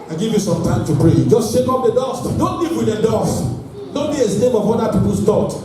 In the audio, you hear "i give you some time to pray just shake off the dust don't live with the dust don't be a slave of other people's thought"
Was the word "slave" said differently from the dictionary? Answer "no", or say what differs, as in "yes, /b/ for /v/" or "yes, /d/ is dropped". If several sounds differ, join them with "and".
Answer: yes, /n/ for /l/